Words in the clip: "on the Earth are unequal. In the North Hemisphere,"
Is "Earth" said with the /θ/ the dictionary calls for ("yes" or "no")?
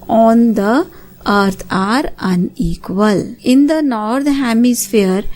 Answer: no